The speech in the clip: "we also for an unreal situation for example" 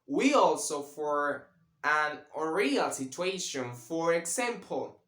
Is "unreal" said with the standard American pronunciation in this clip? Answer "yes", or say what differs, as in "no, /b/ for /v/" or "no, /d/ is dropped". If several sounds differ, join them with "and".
no, /n/ is dropped